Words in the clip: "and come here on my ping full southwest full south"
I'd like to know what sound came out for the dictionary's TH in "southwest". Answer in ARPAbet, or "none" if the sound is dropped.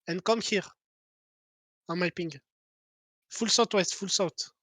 T